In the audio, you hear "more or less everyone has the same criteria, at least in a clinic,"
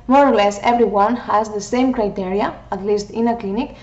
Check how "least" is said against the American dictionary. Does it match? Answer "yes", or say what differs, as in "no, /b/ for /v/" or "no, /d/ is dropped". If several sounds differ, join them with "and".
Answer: yes